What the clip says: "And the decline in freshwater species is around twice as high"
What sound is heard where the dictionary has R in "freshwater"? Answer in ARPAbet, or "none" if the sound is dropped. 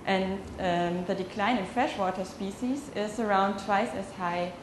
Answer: R